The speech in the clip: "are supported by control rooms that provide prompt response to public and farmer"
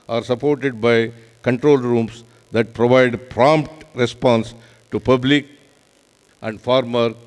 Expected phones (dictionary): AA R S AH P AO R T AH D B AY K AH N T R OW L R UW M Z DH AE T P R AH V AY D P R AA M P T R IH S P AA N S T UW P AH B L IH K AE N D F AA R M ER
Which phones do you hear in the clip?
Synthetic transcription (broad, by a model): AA R S AH P AO R T AH D B AY K AH N T R OW L R UW M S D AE T P R AH V AY D P R AA M P T R IH S P AA N S T UW P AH B L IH K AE N D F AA R M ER